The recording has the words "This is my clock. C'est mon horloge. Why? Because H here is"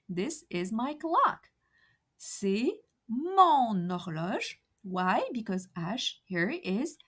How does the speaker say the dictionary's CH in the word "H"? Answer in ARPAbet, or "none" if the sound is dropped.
SH